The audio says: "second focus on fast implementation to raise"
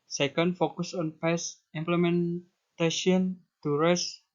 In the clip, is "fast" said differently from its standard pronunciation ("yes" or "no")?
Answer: yes